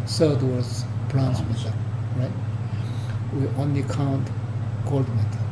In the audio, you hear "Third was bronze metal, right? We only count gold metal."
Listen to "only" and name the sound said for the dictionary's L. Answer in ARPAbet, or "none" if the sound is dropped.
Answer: L